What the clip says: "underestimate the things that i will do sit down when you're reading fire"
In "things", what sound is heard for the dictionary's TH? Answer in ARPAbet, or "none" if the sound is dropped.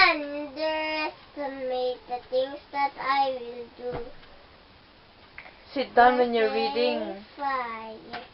T